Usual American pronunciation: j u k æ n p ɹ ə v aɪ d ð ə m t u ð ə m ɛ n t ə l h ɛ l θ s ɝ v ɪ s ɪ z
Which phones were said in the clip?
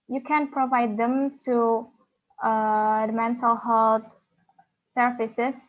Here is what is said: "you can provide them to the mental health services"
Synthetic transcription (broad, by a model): j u k æ n p ɹ ə v aɪ d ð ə m t u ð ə m ɛ n t ə l h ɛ l t s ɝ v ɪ s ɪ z